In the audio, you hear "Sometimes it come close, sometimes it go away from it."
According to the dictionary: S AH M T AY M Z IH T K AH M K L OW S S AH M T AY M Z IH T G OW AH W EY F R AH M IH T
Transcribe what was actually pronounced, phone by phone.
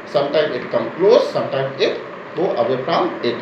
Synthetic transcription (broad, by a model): S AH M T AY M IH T K AH M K L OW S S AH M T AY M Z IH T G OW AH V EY P R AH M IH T